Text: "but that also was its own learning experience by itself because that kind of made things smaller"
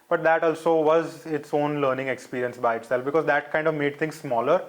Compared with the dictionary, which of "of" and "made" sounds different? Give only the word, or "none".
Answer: none